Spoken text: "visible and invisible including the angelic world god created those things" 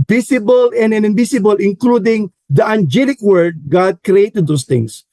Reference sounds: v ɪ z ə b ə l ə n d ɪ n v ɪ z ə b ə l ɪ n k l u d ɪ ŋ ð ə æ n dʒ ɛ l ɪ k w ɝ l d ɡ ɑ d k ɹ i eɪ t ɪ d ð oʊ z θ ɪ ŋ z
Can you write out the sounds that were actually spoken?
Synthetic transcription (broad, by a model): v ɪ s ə b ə l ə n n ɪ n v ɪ s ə b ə l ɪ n k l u d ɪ ŋ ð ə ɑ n dʒ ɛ l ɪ k w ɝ d ɡ ɑ d k ɹ i eɪ t ɪ d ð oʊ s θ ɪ ŋ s